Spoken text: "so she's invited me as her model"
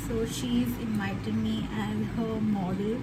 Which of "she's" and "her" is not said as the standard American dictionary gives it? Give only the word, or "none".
none